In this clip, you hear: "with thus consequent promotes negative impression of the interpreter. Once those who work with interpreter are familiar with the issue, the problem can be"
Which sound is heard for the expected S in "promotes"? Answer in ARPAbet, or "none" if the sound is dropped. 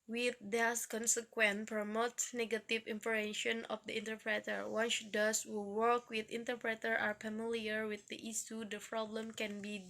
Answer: none